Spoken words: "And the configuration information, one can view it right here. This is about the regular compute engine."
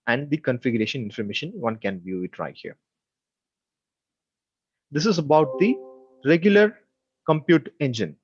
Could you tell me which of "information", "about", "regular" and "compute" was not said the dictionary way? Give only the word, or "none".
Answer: none